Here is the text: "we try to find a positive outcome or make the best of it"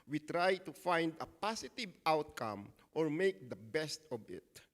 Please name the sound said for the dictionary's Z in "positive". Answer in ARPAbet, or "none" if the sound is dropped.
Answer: S